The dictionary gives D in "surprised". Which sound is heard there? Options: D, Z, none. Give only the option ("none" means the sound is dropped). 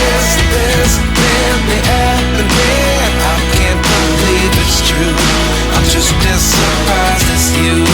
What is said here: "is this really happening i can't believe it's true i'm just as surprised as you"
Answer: none